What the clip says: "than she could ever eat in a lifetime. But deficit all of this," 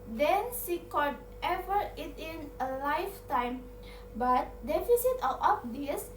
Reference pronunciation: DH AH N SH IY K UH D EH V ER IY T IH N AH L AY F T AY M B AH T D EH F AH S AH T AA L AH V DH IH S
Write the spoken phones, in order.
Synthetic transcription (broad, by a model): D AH N S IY K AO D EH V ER IY T IH N AH L AY F T AY M B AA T D EH F AH S AH T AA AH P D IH S